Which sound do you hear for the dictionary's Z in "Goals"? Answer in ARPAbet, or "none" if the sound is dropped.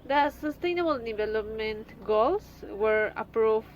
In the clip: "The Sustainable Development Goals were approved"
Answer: S